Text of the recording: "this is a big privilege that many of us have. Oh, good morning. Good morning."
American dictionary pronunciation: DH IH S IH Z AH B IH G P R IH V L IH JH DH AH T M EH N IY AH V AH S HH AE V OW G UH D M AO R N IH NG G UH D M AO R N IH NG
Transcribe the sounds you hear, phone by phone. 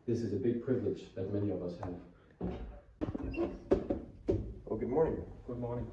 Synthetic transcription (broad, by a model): DH IH S IH Z AH B IH G P R IH V L IH JH DH AH T M EH N IY AH V AH S HH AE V OW G UH D M AO R N IH NG G UH D M AO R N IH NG